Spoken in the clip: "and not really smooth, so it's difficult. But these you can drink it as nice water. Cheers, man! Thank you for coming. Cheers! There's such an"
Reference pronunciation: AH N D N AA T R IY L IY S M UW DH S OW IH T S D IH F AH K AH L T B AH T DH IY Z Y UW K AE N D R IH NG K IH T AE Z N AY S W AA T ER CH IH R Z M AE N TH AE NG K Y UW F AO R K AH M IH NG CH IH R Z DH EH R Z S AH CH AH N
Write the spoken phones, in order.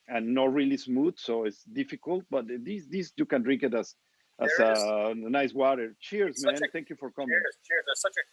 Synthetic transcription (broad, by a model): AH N N AA T R IY L IY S M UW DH S OW IH T S D IH F AH K AH L T B AH T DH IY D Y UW K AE N D R IH NG K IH T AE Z N AY S W AA T ER CH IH R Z M AE N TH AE NG K Y UW F AO R K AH M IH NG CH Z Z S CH